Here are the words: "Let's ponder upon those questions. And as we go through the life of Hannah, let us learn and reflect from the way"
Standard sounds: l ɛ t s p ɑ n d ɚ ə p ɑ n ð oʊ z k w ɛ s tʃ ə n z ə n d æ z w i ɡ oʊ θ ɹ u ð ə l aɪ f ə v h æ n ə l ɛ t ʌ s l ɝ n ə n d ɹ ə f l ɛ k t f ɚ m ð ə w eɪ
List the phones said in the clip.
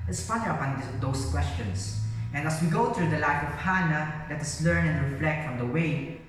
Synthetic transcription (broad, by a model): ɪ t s f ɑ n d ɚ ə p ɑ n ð oʊ s k w ɛ s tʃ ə n s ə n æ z w i ɡ oʊ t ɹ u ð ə l aɪ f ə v h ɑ n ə l ɛ t ʌ s l ɝ n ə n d ɹ ə f l ɛ k t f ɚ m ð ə w eɪ